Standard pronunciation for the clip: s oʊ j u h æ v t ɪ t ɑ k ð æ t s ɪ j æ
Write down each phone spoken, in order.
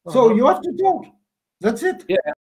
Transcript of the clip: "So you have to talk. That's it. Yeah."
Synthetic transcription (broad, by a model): s oʊ j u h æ f t ɪ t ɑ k ð æ t s ɪ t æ